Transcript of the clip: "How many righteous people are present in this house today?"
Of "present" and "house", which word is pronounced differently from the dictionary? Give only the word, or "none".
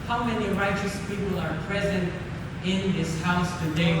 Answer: none